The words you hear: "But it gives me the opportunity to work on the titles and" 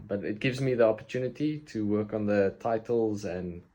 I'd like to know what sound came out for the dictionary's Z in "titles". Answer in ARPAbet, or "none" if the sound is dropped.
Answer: Z